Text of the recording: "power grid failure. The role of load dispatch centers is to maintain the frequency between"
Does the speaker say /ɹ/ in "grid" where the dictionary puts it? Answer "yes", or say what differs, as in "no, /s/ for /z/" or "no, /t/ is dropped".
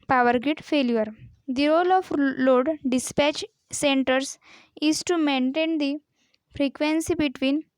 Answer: no, /ɹ/ is dropped